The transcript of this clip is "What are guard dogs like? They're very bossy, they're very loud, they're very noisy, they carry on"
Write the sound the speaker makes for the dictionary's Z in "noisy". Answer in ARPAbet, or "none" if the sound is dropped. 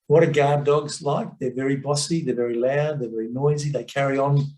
Z